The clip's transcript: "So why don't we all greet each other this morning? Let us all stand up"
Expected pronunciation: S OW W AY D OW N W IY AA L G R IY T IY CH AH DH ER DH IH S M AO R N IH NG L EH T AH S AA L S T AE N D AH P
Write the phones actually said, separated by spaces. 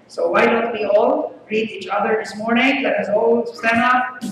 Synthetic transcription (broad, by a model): S OW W AY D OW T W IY AA L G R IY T IY CH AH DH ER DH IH S M AO R N IH NG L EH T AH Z AA L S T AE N AH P